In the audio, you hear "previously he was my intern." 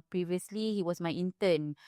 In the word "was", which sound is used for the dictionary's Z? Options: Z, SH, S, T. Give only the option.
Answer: S